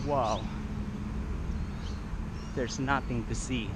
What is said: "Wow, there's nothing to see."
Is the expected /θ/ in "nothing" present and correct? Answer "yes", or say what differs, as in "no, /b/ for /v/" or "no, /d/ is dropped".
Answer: yes